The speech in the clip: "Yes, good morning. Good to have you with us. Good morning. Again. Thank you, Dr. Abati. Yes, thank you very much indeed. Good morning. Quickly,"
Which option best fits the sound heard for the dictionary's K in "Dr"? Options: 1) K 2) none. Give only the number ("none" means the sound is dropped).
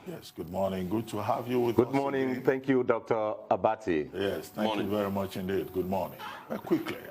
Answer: 1